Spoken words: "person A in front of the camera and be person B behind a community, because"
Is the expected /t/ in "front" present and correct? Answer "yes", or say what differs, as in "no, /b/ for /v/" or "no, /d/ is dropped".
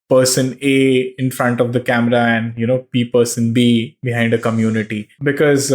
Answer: yes